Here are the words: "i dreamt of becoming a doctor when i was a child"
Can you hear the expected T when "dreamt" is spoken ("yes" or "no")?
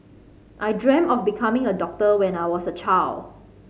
no